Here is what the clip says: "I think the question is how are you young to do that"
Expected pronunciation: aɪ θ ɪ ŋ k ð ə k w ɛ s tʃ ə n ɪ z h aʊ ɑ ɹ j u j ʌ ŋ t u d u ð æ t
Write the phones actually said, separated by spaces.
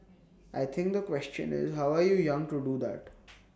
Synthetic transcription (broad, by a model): aɪ t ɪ ŋ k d ə k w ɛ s tʃ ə n ɪ z h aʊ ɑ ɹ j u j ʌ ŋ t u d u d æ t